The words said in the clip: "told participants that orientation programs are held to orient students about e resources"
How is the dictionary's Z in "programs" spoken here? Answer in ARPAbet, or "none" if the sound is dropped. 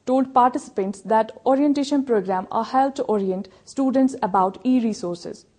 none